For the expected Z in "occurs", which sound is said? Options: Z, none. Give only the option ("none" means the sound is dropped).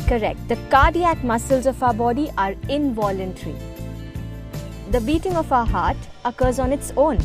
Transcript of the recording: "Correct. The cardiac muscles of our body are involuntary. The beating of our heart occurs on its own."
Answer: Z